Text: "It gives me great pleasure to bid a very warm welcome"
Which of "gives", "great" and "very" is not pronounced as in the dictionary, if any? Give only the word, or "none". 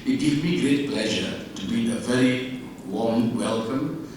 gives